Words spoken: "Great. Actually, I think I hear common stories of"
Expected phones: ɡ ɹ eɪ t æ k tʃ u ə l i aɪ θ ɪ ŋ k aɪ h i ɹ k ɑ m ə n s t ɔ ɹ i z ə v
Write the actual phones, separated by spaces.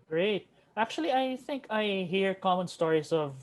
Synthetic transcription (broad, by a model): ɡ ɹ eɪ t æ k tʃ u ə l i aɪ θ ɪ ŋ k aɪ h i ɹ k ɑ m ə n s t ɔ ɹ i s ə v